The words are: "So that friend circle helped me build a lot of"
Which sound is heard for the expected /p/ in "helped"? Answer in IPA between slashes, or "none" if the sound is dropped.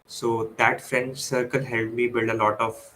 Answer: none